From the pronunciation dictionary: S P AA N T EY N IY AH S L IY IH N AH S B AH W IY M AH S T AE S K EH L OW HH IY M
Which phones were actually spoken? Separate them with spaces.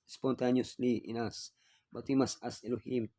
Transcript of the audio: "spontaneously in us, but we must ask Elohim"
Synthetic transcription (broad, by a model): S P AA N T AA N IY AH S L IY IH N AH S B AH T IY M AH S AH S EH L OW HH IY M